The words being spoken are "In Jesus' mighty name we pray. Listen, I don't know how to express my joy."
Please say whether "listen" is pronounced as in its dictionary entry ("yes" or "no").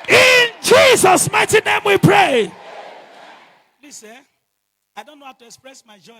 no